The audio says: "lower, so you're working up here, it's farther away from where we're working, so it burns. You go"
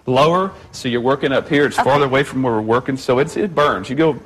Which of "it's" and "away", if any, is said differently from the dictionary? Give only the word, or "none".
none